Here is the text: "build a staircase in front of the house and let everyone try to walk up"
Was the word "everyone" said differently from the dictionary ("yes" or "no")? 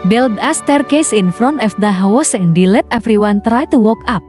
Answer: yes